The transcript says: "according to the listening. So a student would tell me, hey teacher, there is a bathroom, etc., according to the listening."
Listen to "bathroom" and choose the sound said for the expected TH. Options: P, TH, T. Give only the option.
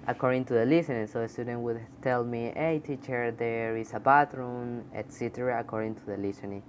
T